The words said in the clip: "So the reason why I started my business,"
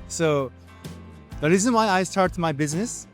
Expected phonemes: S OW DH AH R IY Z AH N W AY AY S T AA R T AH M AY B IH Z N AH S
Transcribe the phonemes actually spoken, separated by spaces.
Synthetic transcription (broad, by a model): S OW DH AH R IY Z AH N W AY AY S T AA R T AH M AY B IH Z N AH S